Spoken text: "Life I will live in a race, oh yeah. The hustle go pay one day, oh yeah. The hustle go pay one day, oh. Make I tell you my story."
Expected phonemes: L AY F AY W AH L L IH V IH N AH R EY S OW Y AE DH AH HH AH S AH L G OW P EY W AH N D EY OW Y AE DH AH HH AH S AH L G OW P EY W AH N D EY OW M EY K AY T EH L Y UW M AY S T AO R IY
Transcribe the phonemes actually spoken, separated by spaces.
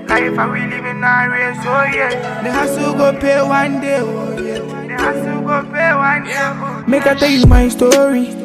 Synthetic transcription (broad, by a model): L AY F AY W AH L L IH B IH N AH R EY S OW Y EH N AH HH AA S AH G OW P EY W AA N D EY OW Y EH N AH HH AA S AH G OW P EY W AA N D EY OW M EY K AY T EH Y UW M AY S T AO R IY